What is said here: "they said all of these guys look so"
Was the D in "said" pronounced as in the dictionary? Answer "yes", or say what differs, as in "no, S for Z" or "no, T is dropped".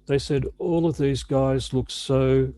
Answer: yes